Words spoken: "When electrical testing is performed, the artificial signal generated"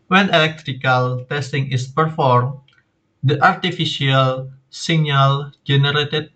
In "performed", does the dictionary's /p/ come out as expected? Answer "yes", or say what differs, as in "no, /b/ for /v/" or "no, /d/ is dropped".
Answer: yes